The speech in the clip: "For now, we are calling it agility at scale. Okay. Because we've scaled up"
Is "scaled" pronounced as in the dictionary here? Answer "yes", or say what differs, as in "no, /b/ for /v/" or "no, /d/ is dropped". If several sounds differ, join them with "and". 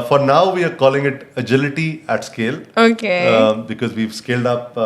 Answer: yes